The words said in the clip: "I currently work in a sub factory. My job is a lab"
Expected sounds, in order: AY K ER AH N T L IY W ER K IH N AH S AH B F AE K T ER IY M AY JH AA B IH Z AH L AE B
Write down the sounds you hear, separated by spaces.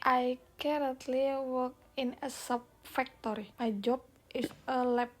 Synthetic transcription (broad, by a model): AY K ER AH N T L IY W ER K IH N AH S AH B F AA K T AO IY M AY JH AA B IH S AH L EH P